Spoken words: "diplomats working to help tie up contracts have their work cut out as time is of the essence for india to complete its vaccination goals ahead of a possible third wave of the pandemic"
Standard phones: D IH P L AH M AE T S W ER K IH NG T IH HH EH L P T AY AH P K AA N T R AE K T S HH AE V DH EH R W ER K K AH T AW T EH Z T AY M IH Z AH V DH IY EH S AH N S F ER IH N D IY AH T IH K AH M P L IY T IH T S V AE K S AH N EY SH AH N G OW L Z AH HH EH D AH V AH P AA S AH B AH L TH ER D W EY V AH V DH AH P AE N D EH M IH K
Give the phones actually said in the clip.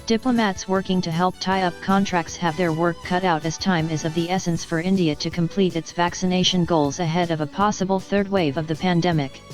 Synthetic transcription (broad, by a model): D IH P L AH M AE T S W ER K IH NG T IH HH EH L P T AY AH P K AA N T R AE K T S HH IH V DH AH R W ER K K AH T AW T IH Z T AY M IH Z AH V DH IY EH S AH N S F ER IH N D IY AH T IH K AH M P L IY T IH T S V AE K S AH N EY SH AH N G OW L Z AH HH EH D AH V AH P AA S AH B L TH ER D W EY V AH V DH AH P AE N D EH M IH K